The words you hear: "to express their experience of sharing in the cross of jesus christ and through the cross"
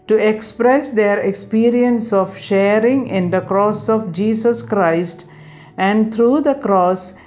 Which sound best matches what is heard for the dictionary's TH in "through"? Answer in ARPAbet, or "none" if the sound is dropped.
T